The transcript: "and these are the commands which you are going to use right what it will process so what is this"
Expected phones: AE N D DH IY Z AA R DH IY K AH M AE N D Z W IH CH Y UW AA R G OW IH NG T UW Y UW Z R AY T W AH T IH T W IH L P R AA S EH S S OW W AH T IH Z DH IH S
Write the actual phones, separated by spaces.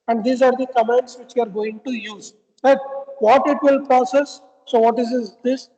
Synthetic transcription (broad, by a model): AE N D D IY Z AA R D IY K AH M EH N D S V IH CH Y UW AA R G OW IH NG T UW Y UW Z L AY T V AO T IH T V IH L P R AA S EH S S OW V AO T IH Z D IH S